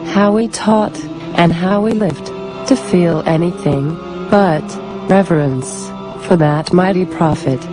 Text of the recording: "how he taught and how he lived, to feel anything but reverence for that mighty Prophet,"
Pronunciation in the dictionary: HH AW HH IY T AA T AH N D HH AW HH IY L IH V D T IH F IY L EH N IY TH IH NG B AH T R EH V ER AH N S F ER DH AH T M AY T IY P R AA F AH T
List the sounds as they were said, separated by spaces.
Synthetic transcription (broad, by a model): HH AW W IY T AA T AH N HH AW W IY L IH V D T IH F IY L EH N IY TH IH NG B AH T R EH V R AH N S F ER DH AH T M AY T IY P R AA F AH T